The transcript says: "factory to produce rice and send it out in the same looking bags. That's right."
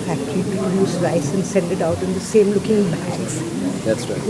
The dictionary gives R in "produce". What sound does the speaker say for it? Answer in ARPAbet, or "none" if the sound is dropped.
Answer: none